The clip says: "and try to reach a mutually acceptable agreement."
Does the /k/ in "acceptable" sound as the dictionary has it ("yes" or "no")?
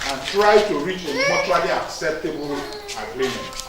yes